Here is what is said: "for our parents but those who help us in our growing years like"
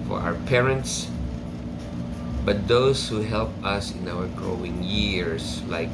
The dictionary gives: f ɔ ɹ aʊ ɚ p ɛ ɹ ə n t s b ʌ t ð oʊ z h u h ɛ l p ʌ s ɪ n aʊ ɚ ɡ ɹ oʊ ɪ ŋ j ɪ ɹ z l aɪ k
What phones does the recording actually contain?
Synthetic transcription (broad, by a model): f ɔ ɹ aʊ ɚ p ɛ ɹ ə n t s b ʌ t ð oʊ s h u h ɛ l p ʌ s ɪ n aʊ ɚ ɡ ɹ oʊ ɪ ŋ j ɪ ɹ s l aɪ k